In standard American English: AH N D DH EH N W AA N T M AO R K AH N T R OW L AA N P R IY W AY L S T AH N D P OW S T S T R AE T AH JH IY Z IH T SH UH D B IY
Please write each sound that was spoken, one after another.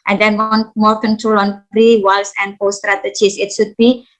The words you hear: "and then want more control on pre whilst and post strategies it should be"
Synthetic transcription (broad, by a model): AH N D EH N N M AO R K AH N T R OW L AA N R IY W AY L S AH N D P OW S S T R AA T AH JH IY S IH T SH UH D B IY